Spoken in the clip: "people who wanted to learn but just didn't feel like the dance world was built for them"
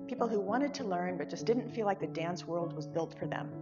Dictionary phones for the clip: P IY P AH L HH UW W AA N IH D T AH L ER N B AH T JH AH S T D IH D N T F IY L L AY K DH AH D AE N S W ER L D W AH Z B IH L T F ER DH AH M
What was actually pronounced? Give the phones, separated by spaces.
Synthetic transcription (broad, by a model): P IY P L HH UW W AA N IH D T AH L ER N B AH T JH AH S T D IH D N T F IY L L AY K DH AH D AE N S W ER L D W AH Z B IH L T F ER DH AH M